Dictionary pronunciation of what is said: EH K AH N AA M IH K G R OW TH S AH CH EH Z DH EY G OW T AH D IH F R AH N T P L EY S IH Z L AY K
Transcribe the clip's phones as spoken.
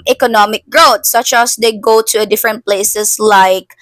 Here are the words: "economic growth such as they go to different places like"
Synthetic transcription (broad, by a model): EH K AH N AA M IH K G R OW T S AH CH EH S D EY G OW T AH D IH F R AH N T P L EY S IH S L AY K